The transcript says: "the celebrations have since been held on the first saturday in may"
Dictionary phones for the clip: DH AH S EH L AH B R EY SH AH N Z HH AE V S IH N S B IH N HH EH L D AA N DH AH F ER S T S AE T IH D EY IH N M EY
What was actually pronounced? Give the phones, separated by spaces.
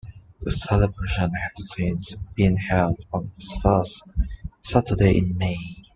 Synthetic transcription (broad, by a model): DH AH S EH L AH B R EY SH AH N HH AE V S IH N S B IH N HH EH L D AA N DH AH F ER S T S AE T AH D EY IH N M EY